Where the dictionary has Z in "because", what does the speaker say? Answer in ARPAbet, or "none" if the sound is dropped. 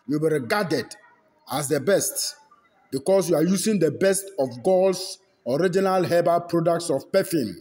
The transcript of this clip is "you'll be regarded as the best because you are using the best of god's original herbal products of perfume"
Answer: S